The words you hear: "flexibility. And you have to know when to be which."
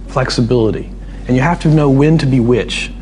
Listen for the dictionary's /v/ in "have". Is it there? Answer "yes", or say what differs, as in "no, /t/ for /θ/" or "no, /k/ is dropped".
no, /f/ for /v/